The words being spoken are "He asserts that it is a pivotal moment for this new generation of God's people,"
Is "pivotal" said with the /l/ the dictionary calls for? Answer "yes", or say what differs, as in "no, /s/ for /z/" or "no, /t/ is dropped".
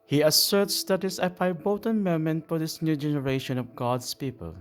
no, /n/ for /l/